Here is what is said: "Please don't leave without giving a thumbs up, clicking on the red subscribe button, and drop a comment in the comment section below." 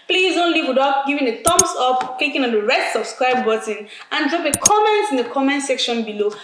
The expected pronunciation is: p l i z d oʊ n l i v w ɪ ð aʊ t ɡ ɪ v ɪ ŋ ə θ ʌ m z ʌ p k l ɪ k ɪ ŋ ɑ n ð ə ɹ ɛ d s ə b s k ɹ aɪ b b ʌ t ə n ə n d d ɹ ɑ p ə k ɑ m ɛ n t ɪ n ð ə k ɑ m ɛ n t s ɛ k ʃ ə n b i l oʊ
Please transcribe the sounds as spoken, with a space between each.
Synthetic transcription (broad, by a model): p l i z oʊ n l i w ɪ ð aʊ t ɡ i v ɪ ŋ ə t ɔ m s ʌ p k l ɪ k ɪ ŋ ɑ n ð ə ɹ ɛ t s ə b s k ɹ aɪ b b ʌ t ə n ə n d d ɹ ɑ p ə k ɑ m ɛ n t ɪ n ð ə k ɑ m ɛ n t s ɛ k ʃ ə n b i l oʊ